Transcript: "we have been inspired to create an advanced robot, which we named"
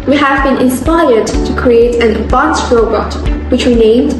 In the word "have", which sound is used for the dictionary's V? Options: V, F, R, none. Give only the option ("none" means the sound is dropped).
V